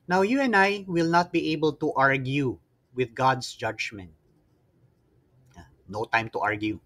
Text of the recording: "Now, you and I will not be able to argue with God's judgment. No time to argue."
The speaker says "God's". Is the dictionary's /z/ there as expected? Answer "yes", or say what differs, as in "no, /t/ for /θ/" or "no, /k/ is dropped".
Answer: no, /s/ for /z/